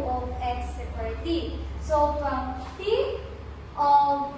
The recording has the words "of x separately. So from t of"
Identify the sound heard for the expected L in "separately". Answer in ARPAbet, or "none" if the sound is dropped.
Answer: none